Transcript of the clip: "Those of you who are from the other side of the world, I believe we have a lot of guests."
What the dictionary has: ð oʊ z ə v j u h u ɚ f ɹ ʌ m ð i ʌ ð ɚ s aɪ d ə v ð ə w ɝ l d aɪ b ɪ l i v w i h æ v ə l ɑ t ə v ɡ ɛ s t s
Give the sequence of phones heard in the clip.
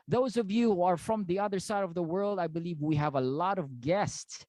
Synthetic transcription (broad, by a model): ð oʊ z ə v j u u ɚ f ɹ ʌ m ð i ʌ ð ɚ s aɪ d ə v ð ə w ɝ l d aɪ b ɪ l i v w i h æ v ə l ɑ t ə v ɡ ɛ s t s